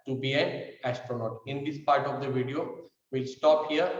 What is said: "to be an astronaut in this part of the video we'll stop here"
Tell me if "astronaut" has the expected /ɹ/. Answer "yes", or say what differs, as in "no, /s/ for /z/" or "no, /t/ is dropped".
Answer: yes